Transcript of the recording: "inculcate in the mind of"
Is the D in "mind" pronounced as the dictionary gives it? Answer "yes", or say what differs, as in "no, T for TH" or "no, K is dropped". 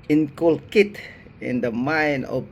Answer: no, D is dropped